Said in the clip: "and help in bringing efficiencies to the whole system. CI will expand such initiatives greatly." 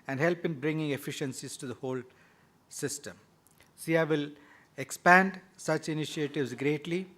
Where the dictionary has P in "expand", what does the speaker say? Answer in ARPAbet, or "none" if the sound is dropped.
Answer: P